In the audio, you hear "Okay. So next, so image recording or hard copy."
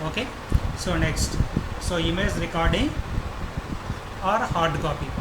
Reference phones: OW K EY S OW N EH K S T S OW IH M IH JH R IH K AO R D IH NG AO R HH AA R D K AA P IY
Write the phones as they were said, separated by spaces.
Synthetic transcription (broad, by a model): OW K EY S OW N EH K S T S OW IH M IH Z R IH K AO R D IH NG AO R HH AA R D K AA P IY